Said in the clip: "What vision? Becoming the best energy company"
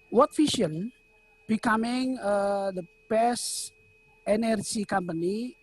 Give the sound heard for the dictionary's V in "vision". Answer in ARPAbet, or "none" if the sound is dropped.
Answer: F